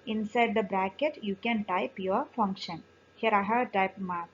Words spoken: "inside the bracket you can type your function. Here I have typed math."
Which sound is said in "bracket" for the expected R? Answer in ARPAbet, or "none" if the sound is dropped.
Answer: R